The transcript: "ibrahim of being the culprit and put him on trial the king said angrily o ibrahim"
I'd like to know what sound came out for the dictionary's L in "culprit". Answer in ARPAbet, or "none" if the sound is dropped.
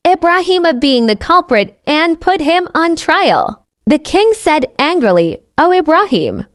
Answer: L